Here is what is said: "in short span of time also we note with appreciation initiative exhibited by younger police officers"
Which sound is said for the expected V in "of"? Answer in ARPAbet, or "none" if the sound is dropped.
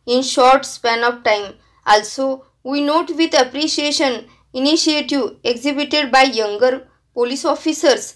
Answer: F